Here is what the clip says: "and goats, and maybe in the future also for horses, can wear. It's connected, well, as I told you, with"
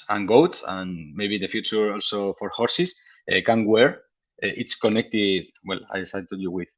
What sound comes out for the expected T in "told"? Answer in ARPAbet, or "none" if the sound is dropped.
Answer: S